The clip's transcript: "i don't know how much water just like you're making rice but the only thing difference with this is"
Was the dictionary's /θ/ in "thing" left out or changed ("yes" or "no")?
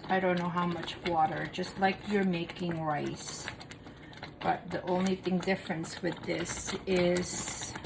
no